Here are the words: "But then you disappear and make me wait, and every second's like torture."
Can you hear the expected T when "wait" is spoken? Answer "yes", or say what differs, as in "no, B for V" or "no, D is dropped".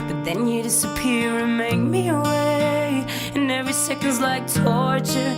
no, T is dropped